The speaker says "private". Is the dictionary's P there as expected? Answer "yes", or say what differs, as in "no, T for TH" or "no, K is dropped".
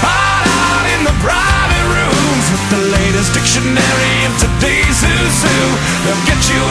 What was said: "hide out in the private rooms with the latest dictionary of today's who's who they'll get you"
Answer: no, B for P